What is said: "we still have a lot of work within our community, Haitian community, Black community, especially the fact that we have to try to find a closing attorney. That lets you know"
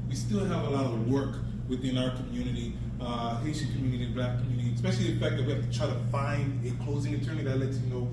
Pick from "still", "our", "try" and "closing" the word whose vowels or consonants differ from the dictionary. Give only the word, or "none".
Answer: none